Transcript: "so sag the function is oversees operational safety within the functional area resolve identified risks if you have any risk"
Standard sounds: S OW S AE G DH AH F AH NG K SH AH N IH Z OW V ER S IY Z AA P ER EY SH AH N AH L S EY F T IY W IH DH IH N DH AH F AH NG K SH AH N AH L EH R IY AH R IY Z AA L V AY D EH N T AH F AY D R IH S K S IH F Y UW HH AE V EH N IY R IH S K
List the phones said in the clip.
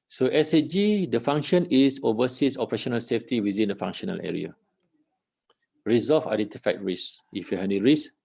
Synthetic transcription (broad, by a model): S OW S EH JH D AH F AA NG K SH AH N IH S OW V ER S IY S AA P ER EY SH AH N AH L S EY F T IY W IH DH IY N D AH F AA NG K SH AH N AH L EH R IY AH R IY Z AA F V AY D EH N T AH F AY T R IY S S IH F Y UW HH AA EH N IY R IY S